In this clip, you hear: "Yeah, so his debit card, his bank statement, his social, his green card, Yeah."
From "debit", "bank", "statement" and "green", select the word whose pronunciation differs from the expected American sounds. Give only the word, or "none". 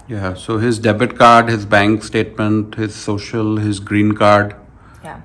none